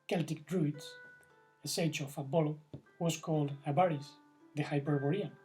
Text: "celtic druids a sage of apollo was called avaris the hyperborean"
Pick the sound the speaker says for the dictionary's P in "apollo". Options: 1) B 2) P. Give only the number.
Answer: 1